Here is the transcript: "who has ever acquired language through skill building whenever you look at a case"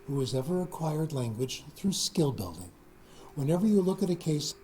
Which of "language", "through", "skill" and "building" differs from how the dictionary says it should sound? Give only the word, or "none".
none